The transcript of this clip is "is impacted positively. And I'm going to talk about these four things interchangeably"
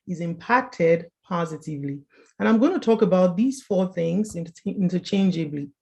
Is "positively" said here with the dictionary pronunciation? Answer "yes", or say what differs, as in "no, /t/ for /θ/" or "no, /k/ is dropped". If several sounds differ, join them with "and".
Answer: yes